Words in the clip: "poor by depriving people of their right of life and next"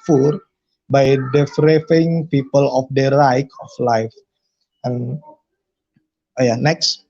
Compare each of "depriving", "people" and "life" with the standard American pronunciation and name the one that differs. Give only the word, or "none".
depriving